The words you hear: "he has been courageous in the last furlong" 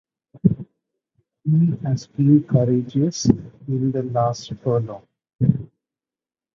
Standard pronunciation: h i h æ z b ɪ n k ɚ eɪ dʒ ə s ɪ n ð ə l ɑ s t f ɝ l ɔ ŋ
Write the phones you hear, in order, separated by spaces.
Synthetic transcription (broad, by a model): h i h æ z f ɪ l k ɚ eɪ dʒ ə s ɪ n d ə l ɑ s t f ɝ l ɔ